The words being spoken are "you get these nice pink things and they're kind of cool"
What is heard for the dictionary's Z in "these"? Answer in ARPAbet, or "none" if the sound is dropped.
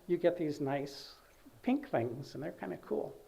Z